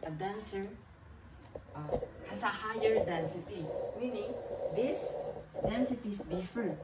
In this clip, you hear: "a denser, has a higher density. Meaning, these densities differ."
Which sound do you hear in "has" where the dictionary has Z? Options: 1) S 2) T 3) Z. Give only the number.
1